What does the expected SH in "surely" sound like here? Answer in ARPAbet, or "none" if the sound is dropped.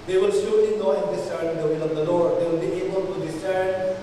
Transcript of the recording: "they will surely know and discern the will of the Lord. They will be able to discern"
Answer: S